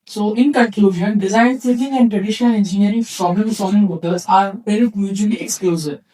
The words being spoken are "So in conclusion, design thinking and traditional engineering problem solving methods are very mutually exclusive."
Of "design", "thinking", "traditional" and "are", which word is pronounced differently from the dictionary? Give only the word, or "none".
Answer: thinking